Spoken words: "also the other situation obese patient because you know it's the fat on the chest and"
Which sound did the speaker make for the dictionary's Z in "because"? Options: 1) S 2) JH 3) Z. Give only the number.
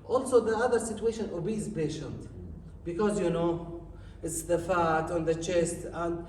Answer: 3